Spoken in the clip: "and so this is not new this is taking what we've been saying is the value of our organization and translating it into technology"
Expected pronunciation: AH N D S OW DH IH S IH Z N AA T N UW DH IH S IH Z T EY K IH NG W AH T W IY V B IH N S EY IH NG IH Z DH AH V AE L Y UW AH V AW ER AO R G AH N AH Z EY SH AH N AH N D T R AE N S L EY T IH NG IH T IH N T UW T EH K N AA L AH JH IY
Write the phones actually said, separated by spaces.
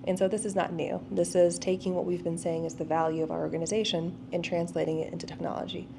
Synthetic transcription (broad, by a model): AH N S OW DH IH S IH Z N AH T N UW DH IH S IH Z T EY K IH NG W AH T W IY V B IH N S EY IH NG IH Z DH AH V AE L Y UW AH V AW ER AO R G AH N AH Z EY SH AH N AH N T R AE N S L EY T IH NG IH T IH N T UW T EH K N AA L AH JH IY